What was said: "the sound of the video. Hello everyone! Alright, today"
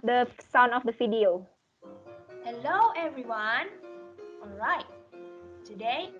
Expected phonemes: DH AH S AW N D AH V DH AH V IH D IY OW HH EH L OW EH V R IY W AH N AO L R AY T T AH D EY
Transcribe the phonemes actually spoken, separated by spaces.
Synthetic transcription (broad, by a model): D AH S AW N AH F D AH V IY D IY OW HH EH L OW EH V R IY W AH N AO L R AY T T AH D EY